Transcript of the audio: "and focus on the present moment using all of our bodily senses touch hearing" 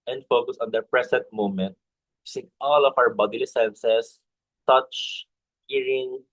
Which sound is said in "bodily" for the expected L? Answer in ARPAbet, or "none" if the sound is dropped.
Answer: L